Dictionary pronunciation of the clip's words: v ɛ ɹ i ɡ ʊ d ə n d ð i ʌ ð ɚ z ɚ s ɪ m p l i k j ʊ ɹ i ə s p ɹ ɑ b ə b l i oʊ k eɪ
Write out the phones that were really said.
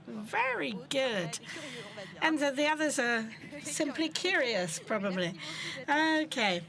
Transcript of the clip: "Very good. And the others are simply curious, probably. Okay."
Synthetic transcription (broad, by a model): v ɛ ɹ i ɡ ʊ d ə n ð ð i ʌ ð ɚ z ɚ s ɪ m p l i k j ʊ ɹ i ə s p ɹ ɑ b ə b l i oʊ k eɪ